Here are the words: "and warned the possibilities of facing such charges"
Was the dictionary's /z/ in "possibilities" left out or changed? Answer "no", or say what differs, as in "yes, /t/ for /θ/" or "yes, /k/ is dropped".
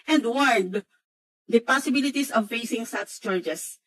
yes, /s/ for /z/